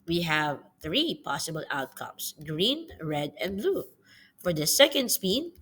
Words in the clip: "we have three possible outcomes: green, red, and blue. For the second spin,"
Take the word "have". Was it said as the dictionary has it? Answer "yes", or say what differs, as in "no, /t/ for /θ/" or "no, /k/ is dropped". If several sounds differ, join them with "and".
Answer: yes